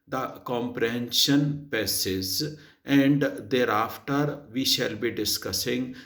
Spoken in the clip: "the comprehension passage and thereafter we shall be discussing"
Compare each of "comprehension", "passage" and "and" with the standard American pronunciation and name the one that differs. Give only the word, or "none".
passage